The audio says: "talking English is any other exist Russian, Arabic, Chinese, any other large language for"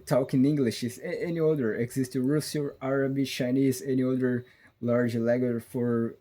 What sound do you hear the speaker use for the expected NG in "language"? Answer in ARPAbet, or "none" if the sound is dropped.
none